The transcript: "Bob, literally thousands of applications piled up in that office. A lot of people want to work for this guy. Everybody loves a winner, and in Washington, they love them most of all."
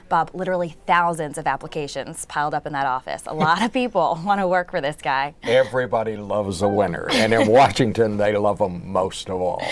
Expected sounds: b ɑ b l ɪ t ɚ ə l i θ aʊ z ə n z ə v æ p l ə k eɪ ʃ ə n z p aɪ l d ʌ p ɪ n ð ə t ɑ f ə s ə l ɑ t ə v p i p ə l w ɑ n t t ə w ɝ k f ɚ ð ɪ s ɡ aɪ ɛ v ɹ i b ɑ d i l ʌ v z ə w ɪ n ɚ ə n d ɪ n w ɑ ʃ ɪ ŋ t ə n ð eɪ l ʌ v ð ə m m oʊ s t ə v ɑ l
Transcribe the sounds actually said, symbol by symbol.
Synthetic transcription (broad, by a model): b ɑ b l ɪ t ɚ l i θ aʊ z ə n z ə v æ p l ə k eɪ ʃ ə n z p aɪ l d ʌ p ɪ n ð ə t ɑ f ə s ə l ɑ t ə v p i p l w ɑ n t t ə w ɝ k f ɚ ð ɪ s ɡ aɪ ɛ v ɹ i b ɑ d i l ʌ v z ə w ɪ n ɚ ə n ɪ n w ɑ ʃ ɪ ŋ t ə n ð eɪ l ʌ v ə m m oʊ s t ə v ɑ l